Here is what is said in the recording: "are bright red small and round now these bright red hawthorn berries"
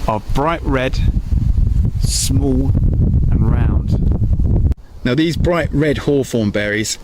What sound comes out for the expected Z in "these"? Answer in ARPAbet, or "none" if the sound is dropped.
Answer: Z